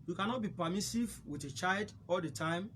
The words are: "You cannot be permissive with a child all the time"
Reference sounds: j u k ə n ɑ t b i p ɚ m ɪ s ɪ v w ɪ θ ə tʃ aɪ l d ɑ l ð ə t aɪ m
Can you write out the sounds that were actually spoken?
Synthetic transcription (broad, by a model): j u k ə n ɑ t b i p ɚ m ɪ s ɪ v w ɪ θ ə tʃ aɪ l d ɑ l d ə t aɪ m